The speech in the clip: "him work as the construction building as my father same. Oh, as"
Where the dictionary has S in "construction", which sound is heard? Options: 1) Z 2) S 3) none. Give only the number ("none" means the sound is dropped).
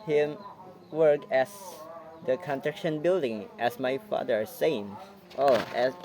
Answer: 3